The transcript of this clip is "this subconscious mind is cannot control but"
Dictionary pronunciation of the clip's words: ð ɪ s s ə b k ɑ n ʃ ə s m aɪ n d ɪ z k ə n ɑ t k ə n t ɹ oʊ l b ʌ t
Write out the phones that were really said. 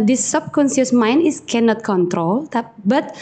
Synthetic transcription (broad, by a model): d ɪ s s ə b k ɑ n s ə s m aɪ n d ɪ s k ə n ɑ t k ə n t ɹ oʊ l b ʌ t